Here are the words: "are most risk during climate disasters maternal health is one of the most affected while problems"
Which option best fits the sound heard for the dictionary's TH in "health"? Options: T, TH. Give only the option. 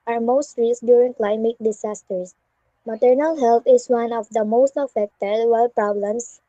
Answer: T